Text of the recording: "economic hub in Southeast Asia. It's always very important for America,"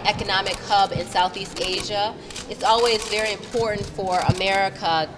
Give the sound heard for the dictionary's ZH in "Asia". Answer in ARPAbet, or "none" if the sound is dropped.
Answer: ZH